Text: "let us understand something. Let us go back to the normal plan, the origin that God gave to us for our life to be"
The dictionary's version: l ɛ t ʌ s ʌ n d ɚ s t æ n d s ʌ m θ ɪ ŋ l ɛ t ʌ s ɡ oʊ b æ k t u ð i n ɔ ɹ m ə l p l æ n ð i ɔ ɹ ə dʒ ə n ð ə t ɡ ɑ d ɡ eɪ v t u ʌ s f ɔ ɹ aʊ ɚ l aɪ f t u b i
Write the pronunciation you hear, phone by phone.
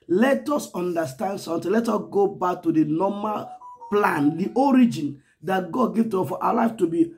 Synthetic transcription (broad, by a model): l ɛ t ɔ s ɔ n d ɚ s t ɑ n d s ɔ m t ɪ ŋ l ɛ t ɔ s ɡ oʊ b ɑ k t u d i n ɔ m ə l p l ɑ n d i ɔ ɹ ə dʒ ə n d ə t ɡ ɑ d ɡ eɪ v t u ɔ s f ɔ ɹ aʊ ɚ l aɪ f t u b i